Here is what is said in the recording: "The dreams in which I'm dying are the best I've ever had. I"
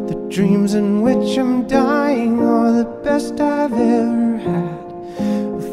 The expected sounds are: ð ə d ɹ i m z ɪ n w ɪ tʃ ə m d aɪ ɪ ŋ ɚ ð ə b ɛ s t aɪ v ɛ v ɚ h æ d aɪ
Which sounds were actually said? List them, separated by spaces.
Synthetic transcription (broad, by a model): ð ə d ɹ i m z ɪ n w ɪ tʃ ə m d aɪ ɪ ŋ ɚ ð ə b ɛ s t aɪ v ɛ v ɚ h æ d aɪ